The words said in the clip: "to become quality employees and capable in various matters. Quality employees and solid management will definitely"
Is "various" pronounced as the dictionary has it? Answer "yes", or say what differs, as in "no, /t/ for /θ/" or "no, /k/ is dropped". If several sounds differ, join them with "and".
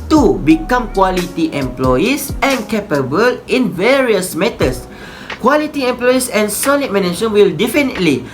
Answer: yes